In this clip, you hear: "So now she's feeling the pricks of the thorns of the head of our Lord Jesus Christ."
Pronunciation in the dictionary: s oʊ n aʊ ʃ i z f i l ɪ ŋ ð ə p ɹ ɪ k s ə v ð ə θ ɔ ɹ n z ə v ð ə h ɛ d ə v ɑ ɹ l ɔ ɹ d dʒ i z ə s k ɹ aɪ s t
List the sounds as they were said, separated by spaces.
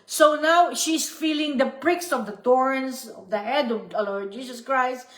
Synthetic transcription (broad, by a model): s oʊ n aʊ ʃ i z f i l ɪ ŋ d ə p ɹ ɪ k s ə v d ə t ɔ ɹ n s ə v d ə h ɛ d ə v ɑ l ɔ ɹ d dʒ i s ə s k ɹ aɪ s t